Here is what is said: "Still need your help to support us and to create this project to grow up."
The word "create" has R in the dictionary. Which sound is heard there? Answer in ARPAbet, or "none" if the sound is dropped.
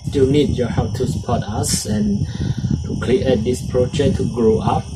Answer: L